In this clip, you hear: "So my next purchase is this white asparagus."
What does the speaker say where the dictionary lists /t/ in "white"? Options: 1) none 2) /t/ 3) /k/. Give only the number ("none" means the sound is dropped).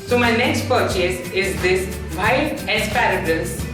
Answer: 1